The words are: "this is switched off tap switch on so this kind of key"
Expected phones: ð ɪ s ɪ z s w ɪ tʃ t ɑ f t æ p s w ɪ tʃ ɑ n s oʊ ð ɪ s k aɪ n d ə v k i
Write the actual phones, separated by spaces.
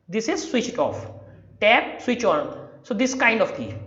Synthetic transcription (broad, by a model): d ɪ s ɪ z s w ɪ tʃ t ɑ f t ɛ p s w ɪ tʃ ɑ n s oʊ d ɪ s k aɪ n d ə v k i